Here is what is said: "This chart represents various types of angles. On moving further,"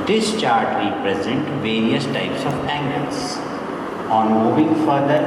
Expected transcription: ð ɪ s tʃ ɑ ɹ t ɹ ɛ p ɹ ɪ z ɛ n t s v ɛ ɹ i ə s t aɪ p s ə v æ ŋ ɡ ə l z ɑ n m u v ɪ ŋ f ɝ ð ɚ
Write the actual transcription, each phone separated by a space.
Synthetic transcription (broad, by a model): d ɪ s tʃ ɑ ɹ t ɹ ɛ p ɹ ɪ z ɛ n t v ɛ ɹ i ə s t aɪ p s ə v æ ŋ ɡ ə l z ɑ n m u v ɪ ŋ f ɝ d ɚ